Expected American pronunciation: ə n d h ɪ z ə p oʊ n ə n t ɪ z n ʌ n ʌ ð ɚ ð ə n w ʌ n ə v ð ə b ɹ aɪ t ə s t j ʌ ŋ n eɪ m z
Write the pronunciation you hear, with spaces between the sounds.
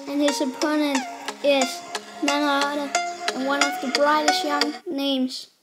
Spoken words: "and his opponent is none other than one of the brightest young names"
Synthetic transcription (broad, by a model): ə n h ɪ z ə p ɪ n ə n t ɪ z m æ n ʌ ɑ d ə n w ʌ n ə v ð ə b ɹ aɪ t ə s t j ʌ ŋ n eɪ m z